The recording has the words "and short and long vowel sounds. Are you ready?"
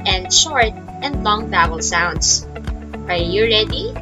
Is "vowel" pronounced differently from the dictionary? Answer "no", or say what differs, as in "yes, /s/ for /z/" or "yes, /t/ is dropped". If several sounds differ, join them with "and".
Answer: yes, /b/ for /v/